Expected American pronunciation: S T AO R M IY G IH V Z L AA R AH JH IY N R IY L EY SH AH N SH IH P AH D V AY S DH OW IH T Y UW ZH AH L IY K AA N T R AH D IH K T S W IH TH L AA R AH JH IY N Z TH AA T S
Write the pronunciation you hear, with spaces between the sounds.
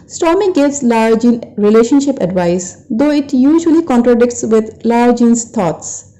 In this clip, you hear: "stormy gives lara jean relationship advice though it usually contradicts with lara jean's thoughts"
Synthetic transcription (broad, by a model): S T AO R M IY G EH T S L AA R JH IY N R IY L EY SH AH N SH IH P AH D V AY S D OW IH T Y UW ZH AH L IY K AA N T R AH D IH K T S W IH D L AA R JH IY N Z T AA T S